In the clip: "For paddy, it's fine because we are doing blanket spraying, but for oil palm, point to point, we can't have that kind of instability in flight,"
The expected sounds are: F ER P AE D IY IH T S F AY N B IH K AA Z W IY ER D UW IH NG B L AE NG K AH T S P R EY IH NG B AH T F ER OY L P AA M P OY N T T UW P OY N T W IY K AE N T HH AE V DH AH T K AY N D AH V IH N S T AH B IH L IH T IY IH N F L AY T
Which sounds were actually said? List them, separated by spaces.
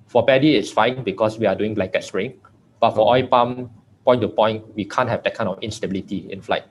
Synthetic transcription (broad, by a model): F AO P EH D IY IH T S F AY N B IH K AA S W IY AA D UW IH NG B L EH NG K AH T S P R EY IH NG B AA T F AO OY P AA M P OY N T T UW P OY N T W IY K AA N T HH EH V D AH T K AY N AH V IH N S T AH B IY L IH T IY IH N F L AY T